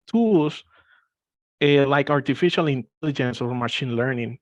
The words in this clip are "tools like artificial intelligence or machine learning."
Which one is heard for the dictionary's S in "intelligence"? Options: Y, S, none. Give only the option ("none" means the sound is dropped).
S